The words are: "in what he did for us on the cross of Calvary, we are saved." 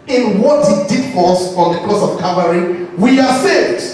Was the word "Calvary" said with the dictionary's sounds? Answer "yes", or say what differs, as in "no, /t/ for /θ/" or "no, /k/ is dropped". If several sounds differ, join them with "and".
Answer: no, /l/ is dropped